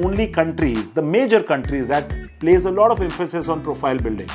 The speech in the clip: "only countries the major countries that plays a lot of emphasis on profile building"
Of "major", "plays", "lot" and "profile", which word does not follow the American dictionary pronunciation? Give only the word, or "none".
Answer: none